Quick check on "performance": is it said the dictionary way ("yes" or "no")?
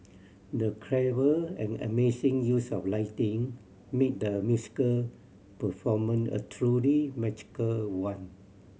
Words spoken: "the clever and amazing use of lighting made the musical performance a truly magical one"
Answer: no